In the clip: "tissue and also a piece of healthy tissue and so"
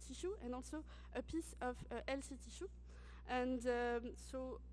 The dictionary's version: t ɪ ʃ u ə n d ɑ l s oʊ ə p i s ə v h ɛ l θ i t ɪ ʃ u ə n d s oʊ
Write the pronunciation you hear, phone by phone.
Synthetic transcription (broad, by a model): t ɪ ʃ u ə n d ɑ l s oʊ ə p i s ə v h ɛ l s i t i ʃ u ə n d s oʊ